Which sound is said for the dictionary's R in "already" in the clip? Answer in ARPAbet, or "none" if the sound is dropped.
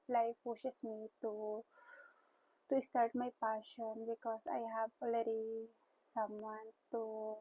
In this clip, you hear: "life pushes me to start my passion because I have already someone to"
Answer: L